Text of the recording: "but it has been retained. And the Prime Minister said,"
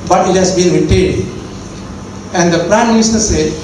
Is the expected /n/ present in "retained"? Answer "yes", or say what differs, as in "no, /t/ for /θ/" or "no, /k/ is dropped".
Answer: no, /n/ is dropped